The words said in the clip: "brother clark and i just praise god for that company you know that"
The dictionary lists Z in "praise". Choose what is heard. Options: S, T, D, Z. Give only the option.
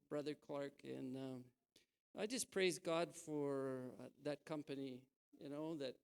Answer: Z